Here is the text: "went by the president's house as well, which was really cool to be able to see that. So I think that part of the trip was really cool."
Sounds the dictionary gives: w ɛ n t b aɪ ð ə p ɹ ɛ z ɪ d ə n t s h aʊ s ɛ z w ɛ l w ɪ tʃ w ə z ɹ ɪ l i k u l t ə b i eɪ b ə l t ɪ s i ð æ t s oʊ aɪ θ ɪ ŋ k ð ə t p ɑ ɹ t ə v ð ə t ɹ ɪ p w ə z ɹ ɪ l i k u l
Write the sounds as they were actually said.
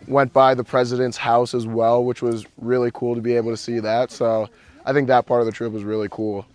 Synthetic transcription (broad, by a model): w ɛ n b aɪ ð ə p ɹ ɛ z ɪ d ə n t s h aʊ s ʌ z w ɛ l w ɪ tʃ w ə z ɹ ɪ l i k u l t ə b i eɪ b l t ɪ s i ð æ t s oʊ aɪ θ ɪ ŋ k ð ə t p ɑ ɹ t ə v ð ə t ɹ ɪ p w ə z ɹ ɪ l i k u l